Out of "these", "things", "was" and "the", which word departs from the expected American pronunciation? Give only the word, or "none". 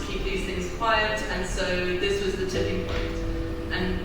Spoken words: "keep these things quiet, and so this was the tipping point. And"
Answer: none